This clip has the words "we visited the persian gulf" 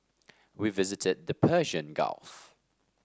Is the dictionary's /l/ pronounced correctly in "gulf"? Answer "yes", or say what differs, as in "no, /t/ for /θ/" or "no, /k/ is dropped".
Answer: yes